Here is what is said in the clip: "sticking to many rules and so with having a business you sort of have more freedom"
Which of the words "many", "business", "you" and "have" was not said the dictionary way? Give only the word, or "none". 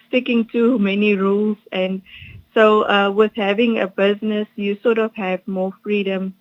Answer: none